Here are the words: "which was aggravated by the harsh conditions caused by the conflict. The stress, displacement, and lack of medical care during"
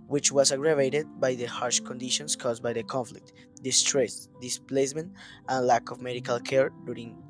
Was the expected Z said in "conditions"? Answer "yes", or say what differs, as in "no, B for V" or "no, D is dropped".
no, S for Z